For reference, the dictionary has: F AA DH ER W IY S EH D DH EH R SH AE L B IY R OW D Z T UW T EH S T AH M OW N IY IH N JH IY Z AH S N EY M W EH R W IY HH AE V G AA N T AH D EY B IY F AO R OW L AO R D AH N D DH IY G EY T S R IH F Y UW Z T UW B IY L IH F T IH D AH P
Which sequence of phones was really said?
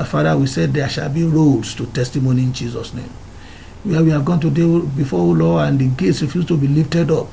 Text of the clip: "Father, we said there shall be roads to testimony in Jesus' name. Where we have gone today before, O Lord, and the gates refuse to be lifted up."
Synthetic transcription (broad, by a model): F AA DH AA W IY S EH D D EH SH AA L B IY R OW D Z T UW T EH S T AH M OW N IY IH N JH IY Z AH S N EY M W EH W IY HH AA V G AA N T AH D EY B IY F AO OW L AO AH N D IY G EY T S R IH F Y UW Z T UW B IY L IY F T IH D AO P